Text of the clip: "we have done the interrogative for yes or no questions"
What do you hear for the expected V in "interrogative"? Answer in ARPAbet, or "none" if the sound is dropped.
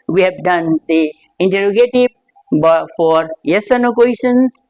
B